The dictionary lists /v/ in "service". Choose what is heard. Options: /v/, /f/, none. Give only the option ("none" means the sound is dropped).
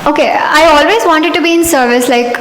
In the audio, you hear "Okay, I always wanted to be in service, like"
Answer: /v/